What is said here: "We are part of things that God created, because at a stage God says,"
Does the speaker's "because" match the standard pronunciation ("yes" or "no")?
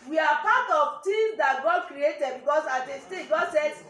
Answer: no